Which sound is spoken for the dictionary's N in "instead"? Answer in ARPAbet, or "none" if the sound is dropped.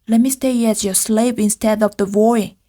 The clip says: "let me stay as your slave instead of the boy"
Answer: N